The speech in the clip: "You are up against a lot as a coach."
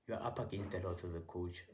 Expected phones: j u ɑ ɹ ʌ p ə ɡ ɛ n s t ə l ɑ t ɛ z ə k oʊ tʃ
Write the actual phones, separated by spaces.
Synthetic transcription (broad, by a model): j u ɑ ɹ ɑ p ə ɡ ɛ n s t ə l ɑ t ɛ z ə k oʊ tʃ